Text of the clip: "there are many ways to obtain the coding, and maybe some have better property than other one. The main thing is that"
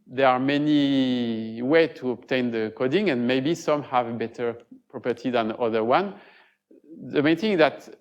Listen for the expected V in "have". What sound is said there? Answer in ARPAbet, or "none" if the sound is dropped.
V